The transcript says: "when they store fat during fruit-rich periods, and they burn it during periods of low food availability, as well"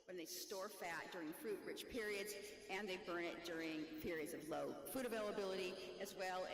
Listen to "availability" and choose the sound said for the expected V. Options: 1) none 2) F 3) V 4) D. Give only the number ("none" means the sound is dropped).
3